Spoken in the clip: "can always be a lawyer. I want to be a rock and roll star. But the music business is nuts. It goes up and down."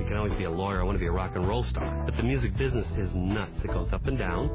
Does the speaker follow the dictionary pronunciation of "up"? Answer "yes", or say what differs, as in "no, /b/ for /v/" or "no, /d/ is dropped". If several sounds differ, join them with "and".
yes